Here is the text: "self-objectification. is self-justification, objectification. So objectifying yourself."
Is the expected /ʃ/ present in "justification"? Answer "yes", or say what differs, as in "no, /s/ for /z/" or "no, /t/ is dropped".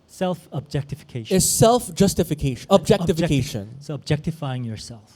no, /ʃ/ is dropped